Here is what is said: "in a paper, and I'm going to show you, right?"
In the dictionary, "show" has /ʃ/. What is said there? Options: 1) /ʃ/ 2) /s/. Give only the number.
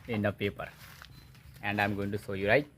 2